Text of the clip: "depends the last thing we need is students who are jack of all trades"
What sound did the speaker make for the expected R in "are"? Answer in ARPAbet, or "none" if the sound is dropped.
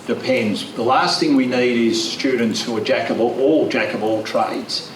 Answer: L